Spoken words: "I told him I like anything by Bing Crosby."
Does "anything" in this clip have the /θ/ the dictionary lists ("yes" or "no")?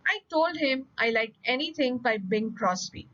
no